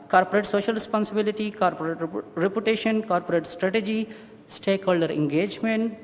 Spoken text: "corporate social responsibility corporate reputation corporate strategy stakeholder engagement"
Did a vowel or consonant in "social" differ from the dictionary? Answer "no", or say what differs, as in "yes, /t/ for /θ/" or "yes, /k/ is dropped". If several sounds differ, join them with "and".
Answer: no